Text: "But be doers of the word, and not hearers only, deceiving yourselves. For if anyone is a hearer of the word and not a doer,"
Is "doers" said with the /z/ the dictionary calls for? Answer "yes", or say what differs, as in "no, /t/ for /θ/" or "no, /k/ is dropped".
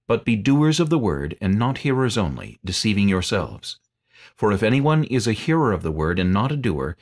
yes